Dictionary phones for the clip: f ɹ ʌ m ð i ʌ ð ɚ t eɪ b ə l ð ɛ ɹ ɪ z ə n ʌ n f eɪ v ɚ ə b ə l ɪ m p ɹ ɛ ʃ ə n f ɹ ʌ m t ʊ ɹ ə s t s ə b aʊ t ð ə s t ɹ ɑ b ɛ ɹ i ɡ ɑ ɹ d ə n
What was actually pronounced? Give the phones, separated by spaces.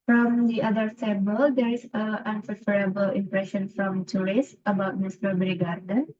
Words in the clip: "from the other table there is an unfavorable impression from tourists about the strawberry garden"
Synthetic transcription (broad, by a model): f ɹ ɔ m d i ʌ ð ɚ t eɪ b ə l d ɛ ɹ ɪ s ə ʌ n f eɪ f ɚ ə b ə l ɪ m p ɹ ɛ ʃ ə n f ɹ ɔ m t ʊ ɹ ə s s ə b aʊ t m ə s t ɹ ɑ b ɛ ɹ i ɡ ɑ ɹ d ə n